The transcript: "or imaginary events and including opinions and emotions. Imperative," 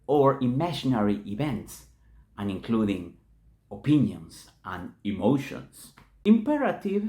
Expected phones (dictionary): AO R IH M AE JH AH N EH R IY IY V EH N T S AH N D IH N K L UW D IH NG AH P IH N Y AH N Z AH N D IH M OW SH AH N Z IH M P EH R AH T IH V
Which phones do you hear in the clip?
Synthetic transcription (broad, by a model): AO R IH M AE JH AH N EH R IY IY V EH N T S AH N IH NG K L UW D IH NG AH P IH N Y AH N S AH N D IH M OW SH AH N S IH M P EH R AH T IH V